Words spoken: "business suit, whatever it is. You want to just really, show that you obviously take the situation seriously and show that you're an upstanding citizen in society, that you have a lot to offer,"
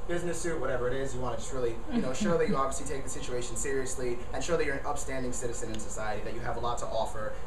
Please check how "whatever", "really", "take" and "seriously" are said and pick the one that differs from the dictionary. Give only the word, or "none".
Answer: really